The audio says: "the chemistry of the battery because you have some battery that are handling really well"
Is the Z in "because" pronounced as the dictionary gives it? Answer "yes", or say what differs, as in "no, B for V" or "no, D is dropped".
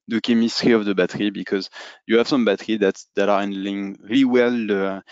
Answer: yes